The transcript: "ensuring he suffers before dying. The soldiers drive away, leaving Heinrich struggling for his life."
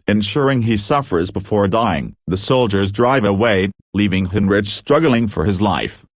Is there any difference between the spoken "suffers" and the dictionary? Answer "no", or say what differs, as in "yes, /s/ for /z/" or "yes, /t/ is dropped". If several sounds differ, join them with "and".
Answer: no